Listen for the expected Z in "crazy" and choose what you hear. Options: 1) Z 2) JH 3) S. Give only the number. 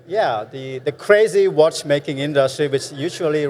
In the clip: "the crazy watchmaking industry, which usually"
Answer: 1